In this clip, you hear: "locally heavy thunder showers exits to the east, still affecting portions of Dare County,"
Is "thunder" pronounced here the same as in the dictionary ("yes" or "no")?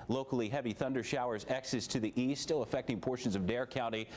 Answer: yes